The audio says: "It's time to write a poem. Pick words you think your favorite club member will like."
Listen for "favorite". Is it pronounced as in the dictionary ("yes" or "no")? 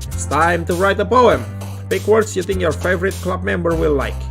yes